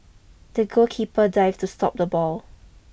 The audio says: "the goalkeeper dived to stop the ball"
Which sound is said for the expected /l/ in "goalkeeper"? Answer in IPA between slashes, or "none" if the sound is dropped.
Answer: none